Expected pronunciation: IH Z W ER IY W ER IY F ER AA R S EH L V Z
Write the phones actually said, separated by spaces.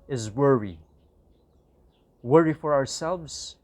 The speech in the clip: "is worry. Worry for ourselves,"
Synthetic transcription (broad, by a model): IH Z W ER IY W ER IY F ER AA R S EH L V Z